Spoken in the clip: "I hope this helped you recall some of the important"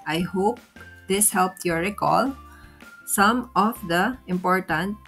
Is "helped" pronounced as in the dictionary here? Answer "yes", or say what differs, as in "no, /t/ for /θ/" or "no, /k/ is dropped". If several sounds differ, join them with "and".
yes